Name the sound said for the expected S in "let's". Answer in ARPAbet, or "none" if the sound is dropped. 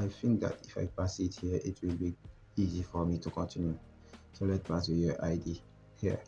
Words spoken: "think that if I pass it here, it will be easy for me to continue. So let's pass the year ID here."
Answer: none